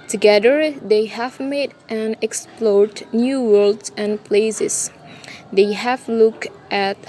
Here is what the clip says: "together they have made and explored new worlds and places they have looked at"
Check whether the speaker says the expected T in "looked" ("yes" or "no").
yes